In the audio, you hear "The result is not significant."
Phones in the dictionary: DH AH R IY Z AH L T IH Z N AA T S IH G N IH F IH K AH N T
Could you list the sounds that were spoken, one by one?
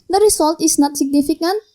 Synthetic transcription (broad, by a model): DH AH R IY S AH L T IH S N AA T S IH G N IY F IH K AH N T